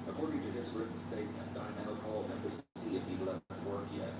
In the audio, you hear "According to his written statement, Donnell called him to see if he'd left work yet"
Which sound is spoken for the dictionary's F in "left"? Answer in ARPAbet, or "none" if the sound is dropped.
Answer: none